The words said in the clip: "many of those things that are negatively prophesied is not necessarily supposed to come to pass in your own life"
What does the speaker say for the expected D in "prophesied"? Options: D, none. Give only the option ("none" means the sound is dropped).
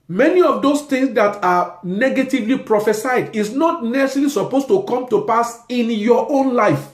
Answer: D